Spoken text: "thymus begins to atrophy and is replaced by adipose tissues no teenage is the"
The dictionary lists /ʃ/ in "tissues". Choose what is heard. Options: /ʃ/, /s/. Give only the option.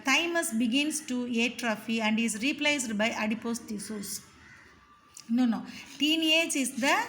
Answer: /s/